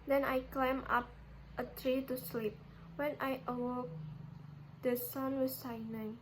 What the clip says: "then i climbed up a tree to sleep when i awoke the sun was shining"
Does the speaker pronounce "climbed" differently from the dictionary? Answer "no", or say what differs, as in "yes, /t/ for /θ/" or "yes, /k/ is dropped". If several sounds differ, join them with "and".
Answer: yes, /d/ is dropped